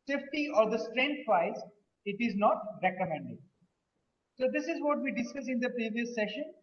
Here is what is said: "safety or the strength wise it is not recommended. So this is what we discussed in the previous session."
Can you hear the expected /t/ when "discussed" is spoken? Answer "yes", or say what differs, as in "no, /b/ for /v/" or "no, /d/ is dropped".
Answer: no, /t/ is dropped